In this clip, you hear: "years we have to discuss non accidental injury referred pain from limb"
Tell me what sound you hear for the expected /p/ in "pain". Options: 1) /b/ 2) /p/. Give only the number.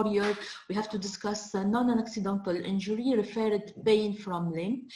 1